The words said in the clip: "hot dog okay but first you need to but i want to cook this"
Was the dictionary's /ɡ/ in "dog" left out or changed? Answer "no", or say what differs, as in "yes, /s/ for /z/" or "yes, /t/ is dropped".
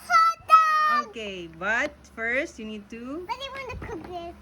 yes, /ɡ/ is dropped